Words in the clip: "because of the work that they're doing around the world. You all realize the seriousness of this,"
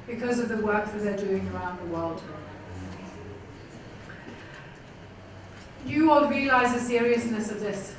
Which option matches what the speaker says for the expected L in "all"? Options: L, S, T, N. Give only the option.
N